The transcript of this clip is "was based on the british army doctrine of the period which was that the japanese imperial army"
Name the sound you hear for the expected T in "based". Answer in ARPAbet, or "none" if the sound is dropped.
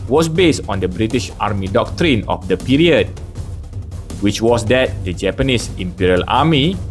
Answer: T